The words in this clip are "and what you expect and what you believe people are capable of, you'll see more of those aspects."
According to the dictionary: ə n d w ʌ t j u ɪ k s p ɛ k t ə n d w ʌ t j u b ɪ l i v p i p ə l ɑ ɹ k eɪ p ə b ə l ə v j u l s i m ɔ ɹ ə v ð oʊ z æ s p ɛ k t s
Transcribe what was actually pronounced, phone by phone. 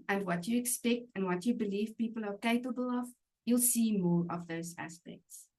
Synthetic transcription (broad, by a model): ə n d w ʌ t j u ɪ k s p ɛ k t ə n d w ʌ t j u b ɪ l i v p i p ə l ɑ ɹ k eɪ p ə b ə l ə v j u l s i m ɔ ɹ ə v ð oʊ z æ s p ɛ k t s